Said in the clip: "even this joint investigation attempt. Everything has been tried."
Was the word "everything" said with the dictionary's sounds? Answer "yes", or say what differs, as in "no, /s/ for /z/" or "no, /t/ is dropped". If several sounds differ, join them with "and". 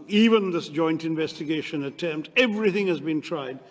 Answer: yes